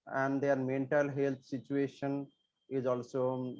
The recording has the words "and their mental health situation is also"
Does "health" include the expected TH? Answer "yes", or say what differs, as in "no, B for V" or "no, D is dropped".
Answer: no, T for TH